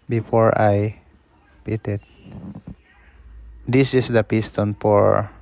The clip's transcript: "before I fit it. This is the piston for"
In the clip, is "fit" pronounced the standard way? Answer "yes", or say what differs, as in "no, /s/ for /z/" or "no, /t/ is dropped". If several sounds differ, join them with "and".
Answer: no, /p/ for /f/